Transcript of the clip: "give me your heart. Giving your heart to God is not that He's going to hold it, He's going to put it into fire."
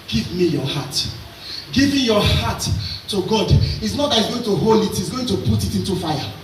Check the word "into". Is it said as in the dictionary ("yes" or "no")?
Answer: yes